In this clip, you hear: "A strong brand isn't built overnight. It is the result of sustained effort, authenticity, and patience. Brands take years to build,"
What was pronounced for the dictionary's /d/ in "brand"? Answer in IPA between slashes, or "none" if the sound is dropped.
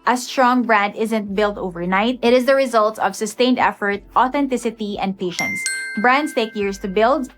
/d/